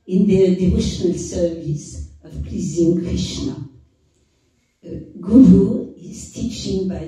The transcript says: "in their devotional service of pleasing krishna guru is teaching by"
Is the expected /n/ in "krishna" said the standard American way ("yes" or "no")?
yes